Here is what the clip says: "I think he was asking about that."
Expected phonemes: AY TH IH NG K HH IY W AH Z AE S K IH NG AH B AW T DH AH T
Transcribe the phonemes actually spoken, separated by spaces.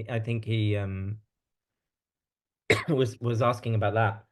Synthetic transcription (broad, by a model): AY TH IH NG K HH IY W AH Z AE S K IH NG AH B AW T DH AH T